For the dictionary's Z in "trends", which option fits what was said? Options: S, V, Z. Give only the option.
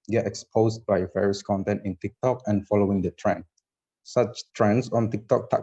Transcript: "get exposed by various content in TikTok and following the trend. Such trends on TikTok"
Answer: S